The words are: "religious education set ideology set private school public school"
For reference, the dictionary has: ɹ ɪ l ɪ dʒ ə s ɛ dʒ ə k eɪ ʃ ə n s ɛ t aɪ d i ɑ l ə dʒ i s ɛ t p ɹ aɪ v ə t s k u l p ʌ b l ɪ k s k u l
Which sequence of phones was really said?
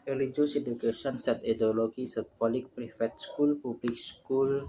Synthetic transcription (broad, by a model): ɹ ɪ l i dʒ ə s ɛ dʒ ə k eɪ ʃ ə n s ɛ t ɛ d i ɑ l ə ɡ i s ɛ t p ɹ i f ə t s k u l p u b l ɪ k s k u l